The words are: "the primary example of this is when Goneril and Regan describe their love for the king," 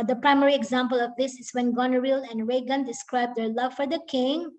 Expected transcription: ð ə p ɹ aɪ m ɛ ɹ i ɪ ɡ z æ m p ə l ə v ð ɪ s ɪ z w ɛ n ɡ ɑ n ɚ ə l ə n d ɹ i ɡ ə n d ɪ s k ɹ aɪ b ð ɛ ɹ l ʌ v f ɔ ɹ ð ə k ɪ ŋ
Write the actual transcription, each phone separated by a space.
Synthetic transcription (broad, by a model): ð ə p ɹ aɪ m ɛ ɹ i ɪ ɡ z æ m p ə l ə v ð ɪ s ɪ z w ɛ n ɡ ɑ n ɚ ə l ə n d ɹ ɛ ɡ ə n d ɪ s k ɹ aɪ b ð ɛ ɹ l ʌ v f ɔ ɹ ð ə k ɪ ŋ